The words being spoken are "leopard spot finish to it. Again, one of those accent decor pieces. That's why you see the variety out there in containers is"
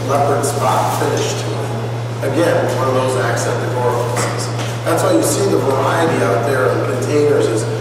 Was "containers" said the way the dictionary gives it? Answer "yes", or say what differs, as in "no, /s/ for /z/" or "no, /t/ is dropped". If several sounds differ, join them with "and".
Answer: yes